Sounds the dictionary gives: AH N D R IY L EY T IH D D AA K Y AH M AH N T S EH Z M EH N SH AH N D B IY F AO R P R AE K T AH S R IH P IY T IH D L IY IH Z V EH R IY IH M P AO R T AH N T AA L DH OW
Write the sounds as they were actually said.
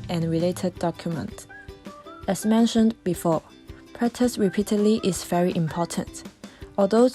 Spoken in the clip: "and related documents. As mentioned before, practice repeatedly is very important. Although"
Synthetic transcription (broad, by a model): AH N R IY L EY T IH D D AA K Y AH M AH N T EH S M EH N SH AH N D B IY F AO P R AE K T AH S R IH P IY T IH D L IY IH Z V EH R IY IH M P AO T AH N T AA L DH OW